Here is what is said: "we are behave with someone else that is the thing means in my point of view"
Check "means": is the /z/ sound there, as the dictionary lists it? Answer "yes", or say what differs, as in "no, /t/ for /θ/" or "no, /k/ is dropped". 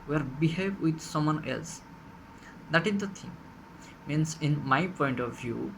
no, /s/ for /z/